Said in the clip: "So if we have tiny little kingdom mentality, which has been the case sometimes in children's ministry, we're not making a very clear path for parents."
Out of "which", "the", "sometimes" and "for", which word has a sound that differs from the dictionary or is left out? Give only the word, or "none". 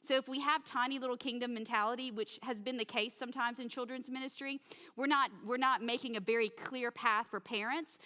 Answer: none